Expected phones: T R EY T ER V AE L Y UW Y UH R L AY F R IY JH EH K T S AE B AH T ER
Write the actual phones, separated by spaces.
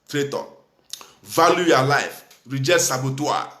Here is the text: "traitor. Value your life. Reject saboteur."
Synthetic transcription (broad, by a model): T R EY T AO V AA L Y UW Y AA L AY F R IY JH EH T S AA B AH T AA